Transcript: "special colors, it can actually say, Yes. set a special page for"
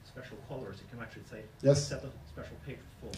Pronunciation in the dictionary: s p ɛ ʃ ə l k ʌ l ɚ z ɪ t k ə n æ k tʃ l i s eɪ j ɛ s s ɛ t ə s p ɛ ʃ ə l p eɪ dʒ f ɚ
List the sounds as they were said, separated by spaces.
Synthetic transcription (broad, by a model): s p ɛ ʃ l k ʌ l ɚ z ɪ t k ə n æ k tʃ l i s eɪ j ɛ s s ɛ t ə s p ɛ ʃ l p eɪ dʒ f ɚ